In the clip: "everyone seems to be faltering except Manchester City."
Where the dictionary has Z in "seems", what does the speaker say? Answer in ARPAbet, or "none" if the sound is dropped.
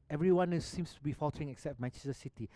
S